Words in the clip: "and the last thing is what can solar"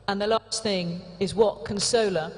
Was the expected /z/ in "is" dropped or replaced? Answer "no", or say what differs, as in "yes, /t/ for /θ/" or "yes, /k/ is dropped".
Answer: no